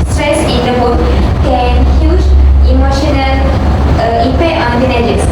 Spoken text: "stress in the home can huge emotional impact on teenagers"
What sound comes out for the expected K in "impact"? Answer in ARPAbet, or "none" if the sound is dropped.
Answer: none